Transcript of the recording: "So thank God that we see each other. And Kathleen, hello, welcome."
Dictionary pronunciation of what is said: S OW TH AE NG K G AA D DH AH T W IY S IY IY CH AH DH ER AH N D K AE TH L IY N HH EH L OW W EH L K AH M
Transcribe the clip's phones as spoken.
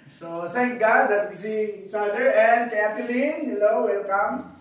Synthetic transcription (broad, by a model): S OW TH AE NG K G AA D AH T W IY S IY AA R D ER AH N D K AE T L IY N HH EH L OW W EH L K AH M